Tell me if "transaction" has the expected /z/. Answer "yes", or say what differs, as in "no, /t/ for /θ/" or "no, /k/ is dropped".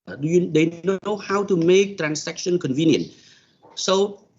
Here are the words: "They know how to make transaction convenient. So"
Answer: no, /s/ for /z/